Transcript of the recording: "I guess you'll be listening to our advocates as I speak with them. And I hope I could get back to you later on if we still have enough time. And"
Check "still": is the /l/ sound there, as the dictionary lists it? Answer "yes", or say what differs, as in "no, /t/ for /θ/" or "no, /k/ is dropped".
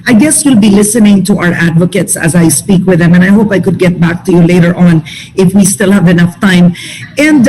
yes